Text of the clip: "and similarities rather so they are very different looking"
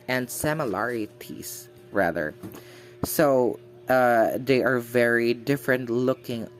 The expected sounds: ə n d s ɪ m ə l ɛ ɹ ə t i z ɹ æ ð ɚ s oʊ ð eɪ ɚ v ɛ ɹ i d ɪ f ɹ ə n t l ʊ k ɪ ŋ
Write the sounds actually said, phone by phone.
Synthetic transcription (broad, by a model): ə n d s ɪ m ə l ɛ ɹ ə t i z ɹ æ ð ɚ s oʊ ð eɪ ɚ v ɛ ɹ i d ɪ f ɹ ə n t l ʊ k ɪ ŋ